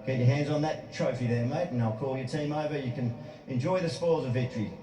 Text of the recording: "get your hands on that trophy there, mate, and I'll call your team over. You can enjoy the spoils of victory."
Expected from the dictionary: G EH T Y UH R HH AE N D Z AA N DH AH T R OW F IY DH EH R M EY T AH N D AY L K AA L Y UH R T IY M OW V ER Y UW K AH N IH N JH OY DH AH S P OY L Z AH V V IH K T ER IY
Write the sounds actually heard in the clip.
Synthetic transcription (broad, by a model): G EH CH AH R HH AE N D Z N DH AH T R OW F IY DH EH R M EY AH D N AY L K AA L Y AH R T IY M OW V ER Y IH K AH N IH N JH OY DH AH S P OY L Z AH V V IH K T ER IY